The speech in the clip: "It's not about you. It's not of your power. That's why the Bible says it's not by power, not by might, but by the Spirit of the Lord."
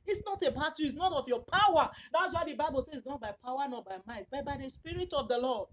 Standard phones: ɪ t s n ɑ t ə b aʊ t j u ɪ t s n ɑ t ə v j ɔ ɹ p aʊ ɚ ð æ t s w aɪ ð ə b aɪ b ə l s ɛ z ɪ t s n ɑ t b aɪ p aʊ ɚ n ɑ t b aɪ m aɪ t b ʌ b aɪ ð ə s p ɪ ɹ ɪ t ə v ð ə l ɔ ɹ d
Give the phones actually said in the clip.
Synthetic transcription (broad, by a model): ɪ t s n ɑ t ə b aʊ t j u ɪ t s n ɑ t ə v j ɔ p aʊ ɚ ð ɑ t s w aɪ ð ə b aɪ b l s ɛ ɪ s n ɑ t b aɪ p aʊ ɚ n ɑ t b aɪ m aɪ t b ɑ b aɪ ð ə s p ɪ ɹ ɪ t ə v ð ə l ɔ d